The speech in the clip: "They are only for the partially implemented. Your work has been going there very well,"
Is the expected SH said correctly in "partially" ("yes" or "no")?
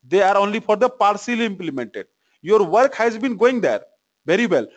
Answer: no